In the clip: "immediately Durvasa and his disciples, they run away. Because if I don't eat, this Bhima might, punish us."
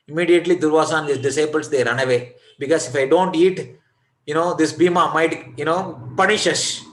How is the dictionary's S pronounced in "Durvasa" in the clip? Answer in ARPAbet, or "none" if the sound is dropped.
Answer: S